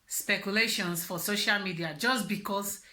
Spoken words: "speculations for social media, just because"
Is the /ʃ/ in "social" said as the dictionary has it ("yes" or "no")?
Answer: yes